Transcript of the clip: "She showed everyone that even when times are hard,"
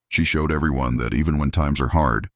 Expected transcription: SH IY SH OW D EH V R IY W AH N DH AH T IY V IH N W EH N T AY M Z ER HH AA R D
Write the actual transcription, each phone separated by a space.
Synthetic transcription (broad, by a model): SH IY SH OW D EH V R IY W AH N DH AH T IY V IH N W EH N T AY M Z ER HH AA R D